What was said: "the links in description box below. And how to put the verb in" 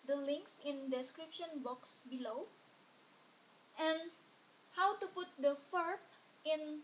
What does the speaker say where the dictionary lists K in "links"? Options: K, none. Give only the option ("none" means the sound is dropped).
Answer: K